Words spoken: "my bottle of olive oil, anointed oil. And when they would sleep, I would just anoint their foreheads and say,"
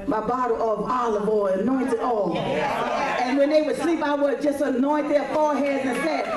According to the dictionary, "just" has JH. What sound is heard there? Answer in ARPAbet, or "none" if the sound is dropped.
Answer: JH